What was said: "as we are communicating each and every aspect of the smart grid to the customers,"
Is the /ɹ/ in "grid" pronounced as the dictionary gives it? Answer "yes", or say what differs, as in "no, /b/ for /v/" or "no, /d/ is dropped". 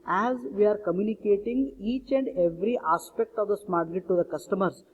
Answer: no, /ɹ/ is dropped